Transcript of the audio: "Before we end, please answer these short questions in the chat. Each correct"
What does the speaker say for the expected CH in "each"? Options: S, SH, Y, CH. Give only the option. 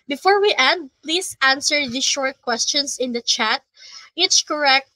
S